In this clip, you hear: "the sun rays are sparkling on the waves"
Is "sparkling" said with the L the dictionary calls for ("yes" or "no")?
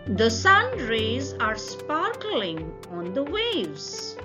yes